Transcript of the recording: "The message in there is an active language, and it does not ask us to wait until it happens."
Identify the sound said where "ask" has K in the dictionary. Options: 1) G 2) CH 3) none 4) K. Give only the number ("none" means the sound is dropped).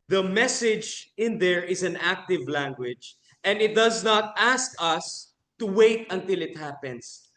4